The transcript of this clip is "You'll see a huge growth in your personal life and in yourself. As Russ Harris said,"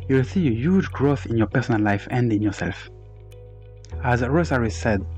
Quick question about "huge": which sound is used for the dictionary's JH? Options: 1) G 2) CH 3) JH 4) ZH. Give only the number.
3